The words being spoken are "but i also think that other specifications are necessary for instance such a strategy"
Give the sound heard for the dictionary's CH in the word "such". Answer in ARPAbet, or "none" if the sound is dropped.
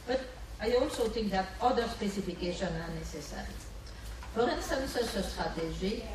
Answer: S